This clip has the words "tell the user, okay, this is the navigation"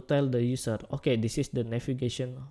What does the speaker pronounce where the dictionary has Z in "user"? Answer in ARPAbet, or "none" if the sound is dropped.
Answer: S